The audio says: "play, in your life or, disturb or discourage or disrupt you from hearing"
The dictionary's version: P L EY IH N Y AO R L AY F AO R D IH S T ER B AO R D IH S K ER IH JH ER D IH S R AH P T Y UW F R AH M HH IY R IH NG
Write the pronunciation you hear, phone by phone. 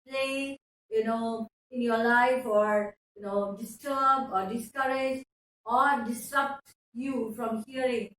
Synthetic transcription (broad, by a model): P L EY IH N Y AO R L AY F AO R D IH S T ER B AO R D IH S K ER IH JH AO D IH S R AH P T Y UW F R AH M HH IY R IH NG